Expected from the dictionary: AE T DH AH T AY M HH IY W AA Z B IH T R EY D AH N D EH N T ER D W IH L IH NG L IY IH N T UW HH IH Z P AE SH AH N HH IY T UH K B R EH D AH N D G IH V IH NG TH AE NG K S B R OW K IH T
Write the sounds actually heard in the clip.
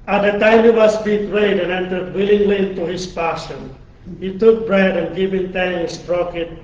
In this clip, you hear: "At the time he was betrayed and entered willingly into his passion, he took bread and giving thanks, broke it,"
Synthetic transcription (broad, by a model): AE T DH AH T AY M HH IY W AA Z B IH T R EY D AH N EH N T ER D W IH L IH NG L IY IH N T UW HH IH S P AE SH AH N HH IY T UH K B R EH D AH N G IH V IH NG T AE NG S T R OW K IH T